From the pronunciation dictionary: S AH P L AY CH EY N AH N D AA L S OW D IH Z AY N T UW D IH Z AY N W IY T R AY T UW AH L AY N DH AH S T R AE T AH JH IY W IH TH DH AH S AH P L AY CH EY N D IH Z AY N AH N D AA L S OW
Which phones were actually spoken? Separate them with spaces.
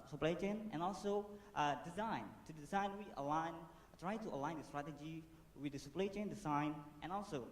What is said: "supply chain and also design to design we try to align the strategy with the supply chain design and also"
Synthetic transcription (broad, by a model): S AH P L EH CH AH N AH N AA L S OW D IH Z AY N T UW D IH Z AY N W IY T R AY T UW AH L AY N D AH S T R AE T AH JH IY W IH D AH S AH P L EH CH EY N D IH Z AY N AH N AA L S OW